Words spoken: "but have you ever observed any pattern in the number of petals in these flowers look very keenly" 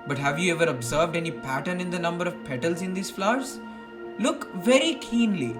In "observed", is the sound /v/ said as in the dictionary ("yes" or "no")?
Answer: yes